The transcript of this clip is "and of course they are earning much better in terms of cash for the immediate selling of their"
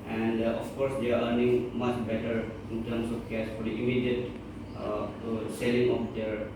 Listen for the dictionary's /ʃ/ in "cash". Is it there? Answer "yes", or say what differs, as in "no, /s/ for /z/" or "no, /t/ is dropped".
no, /s/ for /ʃ/